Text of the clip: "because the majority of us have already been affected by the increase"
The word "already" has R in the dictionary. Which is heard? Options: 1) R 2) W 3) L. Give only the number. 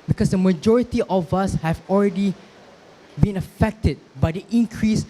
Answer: 1